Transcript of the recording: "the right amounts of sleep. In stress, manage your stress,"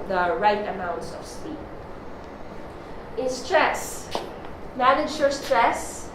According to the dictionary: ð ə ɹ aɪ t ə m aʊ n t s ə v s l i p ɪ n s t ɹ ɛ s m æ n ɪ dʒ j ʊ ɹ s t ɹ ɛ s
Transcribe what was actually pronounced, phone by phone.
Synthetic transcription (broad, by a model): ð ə ɹ aɪ t ə m aʊ n t s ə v s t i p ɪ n s t ɹ ɛ s m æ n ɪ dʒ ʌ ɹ s t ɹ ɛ s